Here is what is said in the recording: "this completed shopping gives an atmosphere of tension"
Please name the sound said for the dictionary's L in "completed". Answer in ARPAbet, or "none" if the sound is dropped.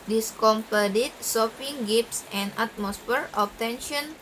none